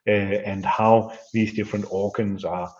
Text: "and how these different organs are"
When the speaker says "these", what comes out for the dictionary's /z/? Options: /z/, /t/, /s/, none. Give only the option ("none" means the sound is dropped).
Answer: /z/